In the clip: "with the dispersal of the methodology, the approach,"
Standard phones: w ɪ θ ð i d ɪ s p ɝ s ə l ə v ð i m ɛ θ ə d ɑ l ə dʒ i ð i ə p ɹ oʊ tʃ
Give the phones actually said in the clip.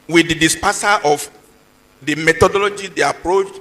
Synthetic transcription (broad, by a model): w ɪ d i d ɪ s p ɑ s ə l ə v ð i m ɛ t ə d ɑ l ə dʒ i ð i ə p ɹ oʊ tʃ